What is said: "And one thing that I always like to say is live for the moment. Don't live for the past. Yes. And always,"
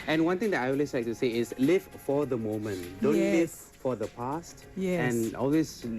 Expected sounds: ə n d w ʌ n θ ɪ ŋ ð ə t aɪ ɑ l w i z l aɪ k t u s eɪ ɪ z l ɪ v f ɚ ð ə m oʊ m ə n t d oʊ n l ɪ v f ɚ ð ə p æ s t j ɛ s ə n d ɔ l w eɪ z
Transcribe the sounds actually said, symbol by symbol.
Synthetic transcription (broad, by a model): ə n w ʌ n t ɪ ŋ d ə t aɪ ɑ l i s l aɪ k t u s eɪ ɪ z l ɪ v f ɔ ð ə m oʊ m ə n t d oʊ n l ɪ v f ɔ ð ə p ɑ s t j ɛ ə n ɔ l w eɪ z